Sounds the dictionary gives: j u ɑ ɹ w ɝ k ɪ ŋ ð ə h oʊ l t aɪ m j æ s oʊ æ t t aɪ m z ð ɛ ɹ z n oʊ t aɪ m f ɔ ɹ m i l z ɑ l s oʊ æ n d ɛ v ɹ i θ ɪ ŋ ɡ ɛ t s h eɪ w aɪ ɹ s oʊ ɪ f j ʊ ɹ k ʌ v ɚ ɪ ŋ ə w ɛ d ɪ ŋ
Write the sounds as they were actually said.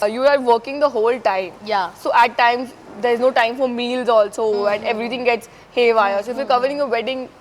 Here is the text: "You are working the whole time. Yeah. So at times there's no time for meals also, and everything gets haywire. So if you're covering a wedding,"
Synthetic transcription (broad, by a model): j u ɑ ɹ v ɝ k ɪ ŋ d ə h oʊ l t aɪ m j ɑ s oʊ æ t t aɪ m z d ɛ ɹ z n oʊ t aɪ m f ɔ ɹ m i l z ɑ l s oʊ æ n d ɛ v ɹ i t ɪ ŋ ɡ ɛ t s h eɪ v aɪ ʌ s oʊ ɪ f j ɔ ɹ k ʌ v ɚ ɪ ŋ ə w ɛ d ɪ ŋ